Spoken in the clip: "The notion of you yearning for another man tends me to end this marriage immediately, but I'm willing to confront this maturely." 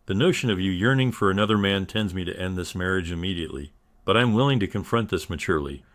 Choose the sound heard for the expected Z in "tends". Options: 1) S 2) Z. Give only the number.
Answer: 2